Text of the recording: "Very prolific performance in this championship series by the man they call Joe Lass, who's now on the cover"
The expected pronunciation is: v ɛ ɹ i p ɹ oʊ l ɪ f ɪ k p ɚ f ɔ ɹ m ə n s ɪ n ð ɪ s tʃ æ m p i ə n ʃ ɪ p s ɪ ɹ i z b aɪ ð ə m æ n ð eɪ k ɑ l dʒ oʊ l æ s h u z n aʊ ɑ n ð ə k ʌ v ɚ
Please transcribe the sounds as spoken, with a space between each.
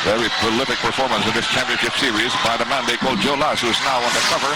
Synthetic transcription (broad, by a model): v ɛ ɹ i p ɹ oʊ l ɪ f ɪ k p ɚ f ɔ ɹ m ə n s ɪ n ð ɪ s tʃ æ m p i ə n ʃ ɪ p s ɪ ɹ i z b aɪ ð ə m æ n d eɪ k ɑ l dʒ oʊ l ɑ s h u z n aʊ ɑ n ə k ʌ v ɚ